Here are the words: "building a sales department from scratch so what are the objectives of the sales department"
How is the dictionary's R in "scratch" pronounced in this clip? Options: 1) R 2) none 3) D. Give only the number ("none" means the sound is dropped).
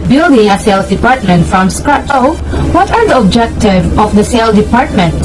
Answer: 2